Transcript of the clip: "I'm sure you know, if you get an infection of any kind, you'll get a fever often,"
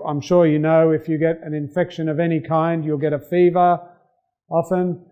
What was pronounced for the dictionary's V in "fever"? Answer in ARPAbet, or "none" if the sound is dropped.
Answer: V